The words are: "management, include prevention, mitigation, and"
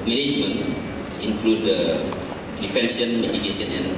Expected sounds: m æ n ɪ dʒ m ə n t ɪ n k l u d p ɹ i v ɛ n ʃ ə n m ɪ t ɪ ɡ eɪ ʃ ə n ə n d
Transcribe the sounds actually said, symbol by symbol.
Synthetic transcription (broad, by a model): m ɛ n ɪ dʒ m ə n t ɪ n k l u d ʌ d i f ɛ n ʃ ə n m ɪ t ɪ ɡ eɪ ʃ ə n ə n